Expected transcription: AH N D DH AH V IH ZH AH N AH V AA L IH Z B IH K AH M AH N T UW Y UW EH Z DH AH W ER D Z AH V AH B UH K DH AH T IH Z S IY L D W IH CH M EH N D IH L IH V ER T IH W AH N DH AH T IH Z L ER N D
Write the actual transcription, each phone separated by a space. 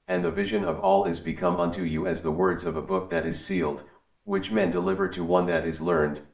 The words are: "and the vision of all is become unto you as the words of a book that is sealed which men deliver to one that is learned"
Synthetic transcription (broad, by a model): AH N DH AH V IH ZH AH N AH V AA L IH Z B IH K AH M AH N T UW Y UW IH Z DH AH W ER D Z AH V AH B UH K DH AH T IH Z S IY L D W IH CH M EH N D IH L IH V ER T IH W AH N DH AH T IH Z L ER N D